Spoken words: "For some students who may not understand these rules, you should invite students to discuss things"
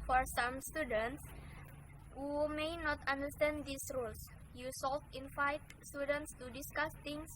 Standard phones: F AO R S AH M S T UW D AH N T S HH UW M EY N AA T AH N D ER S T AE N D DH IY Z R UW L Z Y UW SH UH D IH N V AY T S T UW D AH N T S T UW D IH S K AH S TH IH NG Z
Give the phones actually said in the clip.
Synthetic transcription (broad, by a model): F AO R S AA M S T UW D AH N T S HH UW M EY N AA T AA N D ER S T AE N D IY S R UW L S Y UW S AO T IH N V AY T S T UW D AH N T S T UW D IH S K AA S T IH NG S